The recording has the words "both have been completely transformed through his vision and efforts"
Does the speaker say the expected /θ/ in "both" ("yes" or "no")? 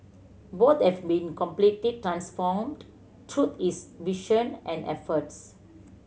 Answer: no